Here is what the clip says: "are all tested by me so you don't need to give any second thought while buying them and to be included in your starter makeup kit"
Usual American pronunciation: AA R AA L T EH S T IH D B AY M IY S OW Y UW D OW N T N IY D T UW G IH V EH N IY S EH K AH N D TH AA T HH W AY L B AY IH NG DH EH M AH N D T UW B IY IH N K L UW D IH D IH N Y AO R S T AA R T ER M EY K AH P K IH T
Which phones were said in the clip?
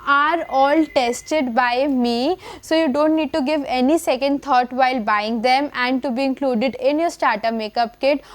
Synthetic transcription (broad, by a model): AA R AA L T EH S T IH D B AY M IY S OW Y UW D OW N T N IY D T UW G IH V EH N IY S EH K AH N D T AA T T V AY L B AY IH NG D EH M AH N D T UW B IY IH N K L UW D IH D IH N Y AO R S T AA R T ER M EY K AH P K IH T